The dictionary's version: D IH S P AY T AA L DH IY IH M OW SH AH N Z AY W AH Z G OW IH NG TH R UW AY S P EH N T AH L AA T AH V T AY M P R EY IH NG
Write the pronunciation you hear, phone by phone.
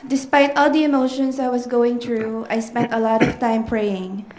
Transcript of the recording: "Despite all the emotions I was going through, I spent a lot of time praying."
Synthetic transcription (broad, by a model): D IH S P AY T AA L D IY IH M OW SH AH N S AY W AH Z G OW IH NG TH R UW AY S P EH N T AH L AA T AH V T AY M P R EY IH NG